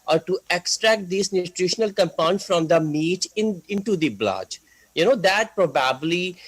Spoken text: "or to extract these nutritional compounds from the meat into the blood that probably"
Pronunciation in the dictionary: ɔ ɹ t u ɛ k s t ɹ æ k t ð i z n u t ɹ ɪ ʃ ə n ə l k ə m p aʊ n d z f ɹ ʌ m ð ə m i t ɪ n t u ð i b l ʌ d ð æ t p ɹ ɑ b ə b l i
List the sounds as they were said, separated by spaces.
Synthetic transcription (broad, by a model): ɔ ɹ t u ɛ k s t ɹ æ k t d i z n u t ɹ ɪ ʃ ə n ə l k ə m p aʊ n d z f ɹ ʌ m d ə m i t ɪ n t u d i b l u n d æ t p ɹ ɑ b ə b l i